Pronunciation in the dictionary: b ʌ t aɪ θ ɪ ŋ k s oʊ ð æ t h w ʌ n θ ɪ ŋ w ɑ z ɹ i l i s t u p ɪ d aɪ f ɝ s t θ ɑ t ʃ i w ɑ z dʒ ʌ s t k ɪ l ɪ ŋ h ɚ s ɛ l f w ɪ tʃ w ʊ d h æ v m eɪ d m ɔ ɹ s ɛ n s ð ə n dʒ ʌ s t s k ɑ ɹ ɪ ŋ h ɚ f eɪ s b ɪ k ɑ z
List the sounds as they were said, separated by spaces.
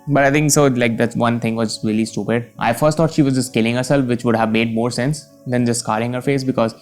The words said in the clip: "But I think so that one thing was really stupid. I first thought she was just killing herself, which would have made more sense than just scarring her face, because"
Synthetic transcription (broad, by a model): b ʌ t aɪ t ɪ ŋ k s oʊ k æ t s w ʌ n t ɪ ŋ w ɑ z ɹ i l i s t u p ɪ d aɪ f ɝ s t ɑ t ʃ i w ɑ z dʒ ʌ s t k ɪ l ɪ ŋ h ɚ s ɛ l f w ɪ tʃ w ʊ d h æ v m eɪ d m ɔ ɹ s ɛ n s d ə n dʒ ʌ s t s k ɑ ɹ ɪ ŋ h ɚ f eɪ s b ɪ k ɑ z